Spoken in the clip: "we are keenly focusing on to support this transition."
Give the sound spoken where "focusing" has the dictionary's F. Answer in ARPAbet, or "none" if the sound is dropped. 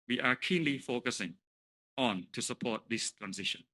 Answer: F